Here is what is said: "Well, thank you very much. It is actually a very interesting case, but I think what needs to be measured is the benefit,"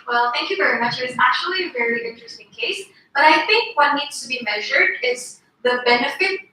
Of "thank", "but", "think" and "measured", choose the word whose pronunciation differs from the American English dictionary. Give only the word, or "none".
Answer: none